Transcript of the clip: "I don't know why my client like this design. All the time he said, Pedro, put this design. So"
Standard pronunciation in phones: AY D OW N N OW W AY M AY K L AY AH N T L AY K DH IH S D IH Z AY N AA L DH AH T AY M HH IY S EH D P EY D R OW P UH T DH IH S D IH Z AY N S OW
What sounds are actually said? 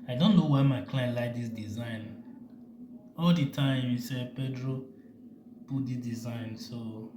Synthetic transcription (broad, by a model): AY D OW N N OW W AY M AY K L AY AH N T L AY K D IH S D IH Z AY N AA L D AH T AY M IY S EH P EY D R OW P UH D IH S D IH Z AY N S OW